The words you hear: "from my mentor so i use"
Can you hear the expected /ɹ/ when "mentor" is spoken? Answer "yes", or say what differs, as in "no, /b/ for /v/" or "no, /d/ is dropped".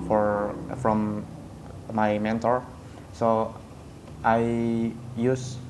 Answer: yes